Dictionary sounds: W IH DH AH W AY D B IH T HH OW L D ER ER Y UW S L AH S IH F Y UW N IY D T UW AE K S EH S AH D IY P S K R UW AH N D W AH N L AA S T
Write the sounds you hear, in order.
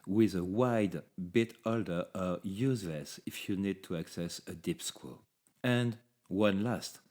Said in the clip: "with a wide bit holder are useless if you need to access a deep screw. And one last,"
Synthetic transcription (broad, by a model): W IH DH AH W AY D B IH T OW L D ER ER Y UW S L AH S IH F Y UW N IY D T UW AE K S EH S AH D IY P S K W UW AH N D W AH N L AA S T